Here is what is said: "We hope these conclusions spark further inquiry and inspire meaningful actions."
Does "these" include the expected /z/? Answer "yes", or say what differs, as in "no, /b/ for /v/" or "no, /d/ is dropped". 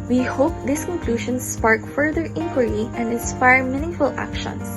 no, /s/ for /z/